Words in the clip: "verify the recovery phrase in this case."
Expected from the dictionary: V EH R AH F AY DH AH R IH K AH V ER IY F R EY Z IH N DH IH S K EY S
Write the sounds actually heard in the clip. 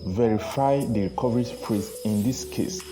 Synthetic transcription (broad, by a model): V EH R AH F AY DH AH R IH K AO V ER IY P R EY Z IH N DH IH S K EY S